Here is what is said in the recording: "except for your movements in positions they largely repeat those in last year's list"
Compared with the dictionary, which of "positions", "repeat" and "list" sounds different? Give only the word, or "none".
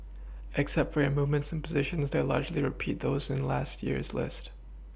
none